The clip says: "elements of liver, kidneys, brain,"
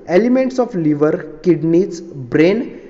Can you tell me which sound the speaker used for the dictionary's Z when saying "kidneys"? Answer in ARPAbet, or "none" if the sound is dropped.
S